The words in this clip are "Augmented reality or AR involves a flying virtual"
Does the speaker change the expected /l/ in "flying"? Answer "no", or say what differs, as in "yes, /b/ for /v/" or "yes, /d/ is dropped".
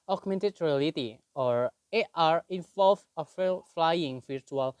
no